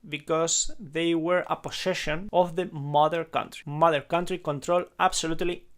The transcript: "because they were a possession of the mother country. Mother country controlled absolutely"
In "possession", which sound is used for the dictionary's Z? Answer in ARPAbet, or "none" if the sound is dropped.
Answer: S